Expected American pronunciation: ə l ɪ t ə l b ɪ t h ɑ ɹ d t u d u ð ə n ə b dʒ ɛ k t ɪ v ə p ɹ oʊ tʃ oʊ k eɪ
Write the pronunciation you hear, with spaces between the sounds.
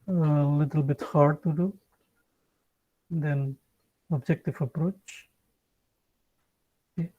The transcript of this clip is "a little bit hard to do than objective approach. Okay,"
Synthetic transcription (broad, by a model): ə l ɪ t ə l b ɪ t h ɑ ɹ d t u d u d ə n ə b dʒ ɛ k t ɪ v ə p ɹ oʊ tʃ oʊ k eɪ